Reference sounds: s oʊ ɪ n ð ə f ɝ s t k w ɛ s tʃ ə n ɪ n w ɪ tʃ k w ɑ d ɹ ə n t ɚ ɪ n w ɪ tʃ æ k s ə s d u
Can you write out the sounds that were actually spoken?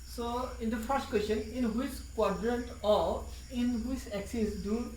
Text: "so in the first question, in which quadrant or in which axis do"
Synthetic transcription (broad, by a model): s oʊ ɪ n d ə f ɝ s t k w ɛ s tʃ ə n ɪ n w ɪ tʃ k w ɑ d ɹ ə n t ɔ ɪ n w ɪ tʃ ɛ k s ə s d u